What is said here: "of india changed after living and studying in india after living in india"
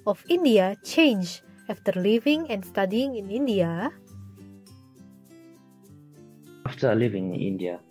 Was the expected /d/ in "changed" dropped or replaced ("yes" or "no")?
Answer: yes